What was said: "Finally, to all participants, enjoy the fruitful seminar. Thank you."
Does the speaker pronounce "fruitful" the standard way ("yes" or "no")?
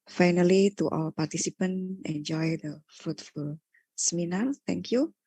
yes